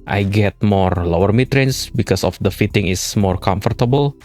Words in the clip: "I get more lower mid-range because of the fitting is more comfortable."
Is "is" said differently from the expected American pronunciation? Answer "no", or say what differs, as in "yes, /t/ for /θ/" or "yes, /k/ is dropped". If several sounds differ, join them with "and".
yes, /s/ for /z/